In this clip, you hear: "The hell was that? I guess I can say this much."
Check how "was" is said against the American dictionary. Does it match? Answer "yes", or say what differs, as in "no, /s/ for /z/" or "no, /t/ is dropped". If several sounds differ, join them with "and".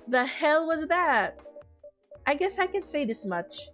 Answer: yes